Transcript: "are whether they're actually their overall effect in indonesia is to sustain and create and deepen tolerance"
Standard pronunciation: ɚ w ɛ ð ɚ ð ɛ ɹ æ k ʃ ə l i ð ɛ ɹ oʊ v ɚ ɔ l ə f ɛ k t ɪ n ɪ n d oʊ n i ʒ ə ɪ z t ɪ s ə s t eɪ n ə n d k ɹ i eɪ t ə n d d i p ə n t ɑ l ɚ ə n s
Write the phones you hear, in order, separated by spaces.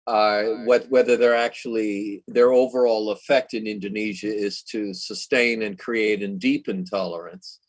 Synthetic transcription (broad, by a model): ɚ w ɛ ð ɚ ð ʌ ɹ æ k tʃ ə l i ð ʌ ɹ oʊ v ɚ ɔ l ə f ɛ k t ɪ n ɪ n d oʊ n i ʒ ə ɪ z t ɪ s ə s t eɪ n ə n k ɹ i eɪ t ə n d d i p ə n t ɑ l ɚ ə n s